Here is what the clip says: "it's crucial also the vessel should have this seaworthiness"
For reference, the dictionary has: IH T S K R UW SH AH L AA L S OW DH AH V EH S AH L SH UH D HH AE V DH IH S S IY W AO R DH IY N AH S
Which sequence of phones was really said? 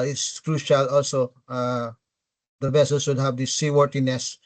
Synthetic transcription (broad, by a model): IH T S K R UW SH AH L AA L S OW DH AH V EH S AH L S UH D HH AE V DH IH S S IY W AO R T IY N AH S